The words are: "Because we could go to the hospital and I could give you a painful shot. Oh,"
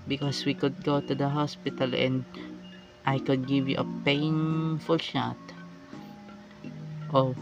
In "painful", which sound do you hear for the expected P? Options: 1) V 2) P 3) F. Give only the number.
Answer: 2